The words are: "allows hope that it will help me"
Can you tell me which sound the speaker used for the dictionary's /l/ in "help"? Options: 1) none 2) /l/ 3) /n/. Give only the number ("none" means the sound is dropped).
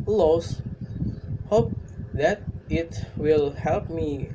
2